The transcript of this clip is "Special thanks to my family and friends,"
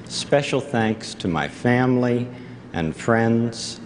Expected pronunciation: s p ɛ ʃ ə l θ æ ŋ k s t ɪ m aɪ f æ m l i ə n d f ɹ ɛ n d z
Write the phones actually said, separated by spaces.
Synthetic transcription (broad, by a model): s p ɛ ʃ l θ æ ŋ k s t ɪ m aɪ f æ m l i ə n f ɹ ɛ n d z